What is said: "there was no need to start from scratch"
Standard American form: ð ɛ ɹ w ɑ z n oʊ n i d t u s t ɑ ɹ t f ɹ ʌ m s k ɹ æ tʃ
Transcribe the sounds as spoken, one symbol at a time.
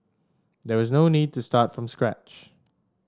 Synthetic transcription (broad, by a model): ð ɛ w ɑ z n oʊ n i d t u s t ɑ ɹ t f ɹ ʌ m s k ɹ æ tʃ